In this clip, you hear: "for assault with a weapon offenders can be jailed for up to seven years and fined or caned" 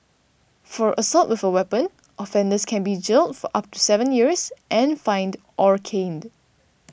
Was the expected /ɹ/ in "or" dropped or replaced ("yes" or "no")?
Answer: no